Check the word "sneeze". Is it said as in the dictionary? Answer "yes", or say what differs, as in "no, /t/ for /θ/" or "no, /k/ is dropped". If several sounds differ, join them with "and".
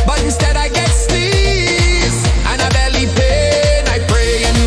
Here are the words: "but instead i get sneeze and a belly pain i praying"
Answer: no, /n/ is dropped